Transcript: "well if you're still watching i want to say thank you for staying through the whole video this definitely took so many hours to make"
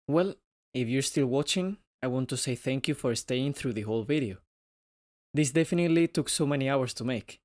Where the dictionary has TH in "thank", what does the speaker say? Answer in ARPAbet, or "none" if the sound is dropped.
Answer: TH